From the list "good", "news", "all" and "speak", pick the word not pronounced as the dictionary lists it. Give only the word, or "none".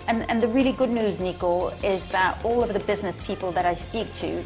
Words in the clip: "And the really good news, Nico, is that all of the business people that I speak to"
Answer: none